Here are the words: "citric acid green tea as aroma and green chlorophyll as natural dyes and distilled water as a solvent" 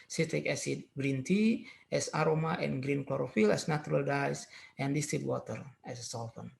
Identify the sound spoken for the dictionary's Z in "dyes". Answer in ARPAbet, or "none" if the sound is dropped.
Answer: S